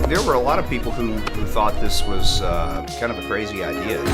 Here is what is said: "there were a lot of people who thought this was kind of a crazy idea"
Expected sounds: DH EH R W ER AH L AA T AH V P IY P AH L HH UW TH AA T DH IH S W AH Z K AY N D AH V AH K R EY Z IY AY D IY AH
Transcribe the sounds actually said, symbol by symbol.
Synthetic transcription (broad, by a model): DH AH R W ER AH L AA T AH V P IY P L HH UW TH AA T DH IH S W AH Z K AY N D AH V AH K R EY Z IY AY D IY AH